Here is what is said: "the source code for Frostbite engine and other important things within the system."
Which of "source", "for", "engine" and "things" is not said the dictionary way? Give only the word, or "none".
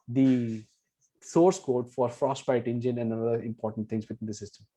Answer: things